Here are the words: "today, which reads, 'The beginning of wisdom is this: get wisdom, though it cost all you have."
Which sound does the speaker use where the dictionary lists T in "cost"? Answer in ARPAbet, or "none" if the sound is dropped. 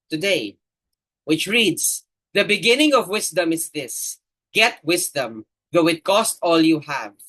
T